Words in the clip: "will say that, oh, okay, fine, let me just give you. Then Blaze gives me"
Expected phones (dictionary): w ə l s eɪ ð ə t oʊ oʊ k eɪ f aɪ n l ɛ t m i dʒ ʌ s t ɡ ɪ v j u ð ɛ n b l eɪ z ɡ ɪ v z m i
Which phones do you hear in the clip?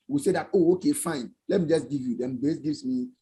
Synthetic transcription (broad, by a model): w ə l s eɪ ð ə t oʊ oʊ k eɪ f aɪ n l ɛ t m i dʒ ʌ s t ɡ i v j u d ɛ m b eɪ s ɡ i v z m i